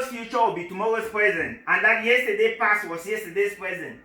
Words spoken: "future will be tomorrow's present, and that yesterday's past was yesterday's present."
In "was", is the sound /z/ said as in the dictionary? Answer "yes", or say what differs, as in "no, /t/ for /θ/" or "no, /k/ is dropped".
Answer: no, /s/ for /z/